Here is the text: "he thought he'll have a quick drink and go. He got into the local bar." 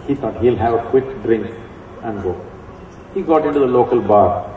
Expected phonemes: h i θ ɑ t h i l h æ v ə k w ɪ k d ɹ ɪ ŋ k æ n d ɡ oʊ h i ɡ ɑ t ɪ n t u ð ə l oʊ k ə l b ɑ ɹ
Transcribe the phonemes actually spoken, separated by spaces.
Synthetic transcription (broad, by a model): h i t ɑ t h i l h æ v ə k w ɪ k d ɹ ɪ ŋ k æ n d ɡ oʊ h i ɡ ɑ t ɪ n t u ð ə l oʊ k ə l b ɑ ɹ